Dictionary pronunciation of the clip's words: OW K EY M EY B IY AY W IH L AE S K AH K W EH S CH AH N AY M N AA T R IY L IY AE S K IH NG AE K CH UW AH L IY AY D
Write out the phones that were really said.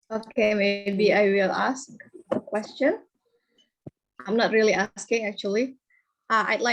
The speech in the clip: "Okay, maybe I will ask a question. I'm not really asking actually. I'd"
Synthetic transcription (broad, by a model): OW K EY M EY B IY AY W IH L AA S K AH K W EH S CH AH N AY M N AA T R IY L IY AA S K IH NG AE K CH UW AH L IY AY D